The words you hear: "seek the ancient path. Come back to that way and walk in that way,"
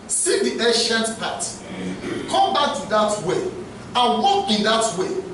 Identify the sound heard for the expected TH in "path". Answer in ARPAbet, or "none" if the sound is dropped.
T